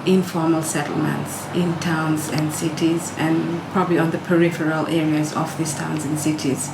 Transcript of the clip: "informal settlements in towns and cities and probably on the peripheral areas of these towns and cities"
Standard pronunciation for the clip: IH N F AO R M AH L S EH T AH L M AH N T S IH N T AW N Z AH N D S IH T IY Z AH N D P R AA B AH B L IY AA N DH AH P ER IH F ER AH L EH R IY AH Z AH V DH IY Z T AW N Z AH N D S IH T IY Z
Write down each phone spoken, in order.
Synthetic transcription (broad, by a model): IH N F AO R M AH L S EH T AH L M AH N T S IH N T AW N Z AH N D S IH T IY Z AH N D P R AA B AH B L IY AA N DH AH P ER IH F ER AH L EH R IY AH Z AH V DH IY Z T AW N Z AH N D S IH T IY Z